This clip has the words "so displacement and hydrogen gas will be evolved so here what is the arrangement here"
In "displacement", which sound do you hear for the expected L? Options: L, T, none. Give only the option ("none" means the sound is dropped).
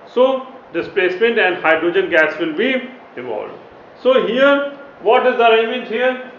L